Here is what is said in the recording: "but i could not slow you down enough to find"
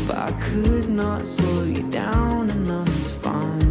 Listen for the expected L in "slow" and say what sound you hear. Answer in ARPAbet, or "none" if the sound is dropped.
none